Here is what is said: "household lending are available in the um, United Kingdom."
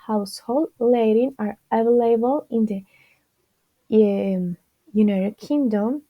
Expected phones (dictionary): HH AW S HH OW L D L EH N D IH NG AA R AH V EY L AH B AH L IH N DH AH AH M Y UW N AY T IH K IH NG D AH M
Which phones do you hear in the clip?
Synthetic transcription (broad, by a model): HH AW S HH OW L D L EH D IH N AA R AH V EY L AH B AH L IH N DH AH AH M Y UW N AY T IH K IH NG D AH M